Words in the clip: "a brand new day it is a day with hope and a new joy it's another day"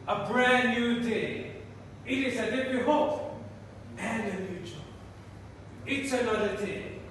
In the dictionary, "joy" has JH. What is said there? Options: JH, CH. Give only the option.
CH